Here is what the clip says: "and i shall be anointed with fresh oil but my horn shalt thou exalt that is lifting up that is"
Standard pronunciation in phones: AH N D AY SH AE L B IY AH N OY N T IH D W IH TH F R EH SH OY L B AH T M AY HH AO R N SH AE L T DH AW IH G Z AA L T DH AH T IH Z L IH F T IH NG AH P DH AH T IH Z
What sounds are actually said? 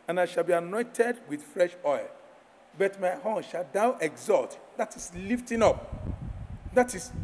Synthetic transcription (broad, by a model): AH N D AY SH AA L B IY AH N OY N T IH D W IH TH F R EH SH OY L B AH T M AY HH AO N SH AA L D AW IH G Z AA L T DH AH T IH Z L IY F T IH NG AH P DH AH T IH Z